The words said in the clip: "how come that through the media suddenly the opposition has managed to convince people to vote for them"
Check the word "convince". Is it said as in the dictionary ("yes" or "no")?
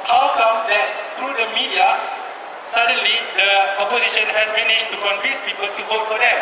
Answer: no